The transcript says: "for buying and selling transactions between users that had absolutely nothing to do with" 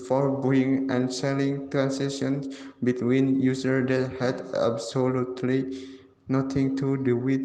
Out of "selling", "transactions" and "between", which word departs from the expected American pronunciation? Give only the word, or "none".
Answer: transactions